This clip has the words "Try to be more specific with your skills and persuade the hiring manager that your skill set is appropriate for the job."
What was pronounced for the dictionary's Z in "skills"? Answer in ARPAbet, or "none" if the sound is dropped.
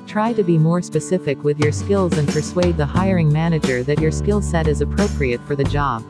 Z